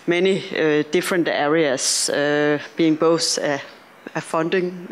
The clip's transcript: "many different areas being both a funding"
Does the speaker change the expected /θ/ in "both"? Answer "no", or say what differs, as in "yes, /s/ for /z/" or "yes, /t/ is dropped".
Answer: yes, /s/ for /θ/